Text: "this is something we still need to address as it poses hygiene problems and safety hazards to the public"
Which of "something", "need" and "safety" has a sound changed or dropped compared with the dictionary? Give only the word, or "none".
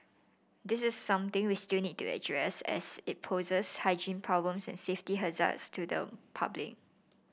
something